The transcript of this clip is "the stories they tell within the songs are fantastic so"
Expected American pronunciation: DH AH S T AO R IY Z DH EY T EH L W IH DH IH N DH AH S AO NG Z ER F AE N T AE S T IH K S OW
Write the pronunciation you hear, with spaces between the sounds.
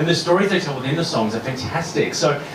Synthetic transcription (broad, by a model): DH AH S T AO R IY Z DH EY T EH L W IH DH IH N DH AH S AO NG Z ER F AE N T AE S T IH K S OW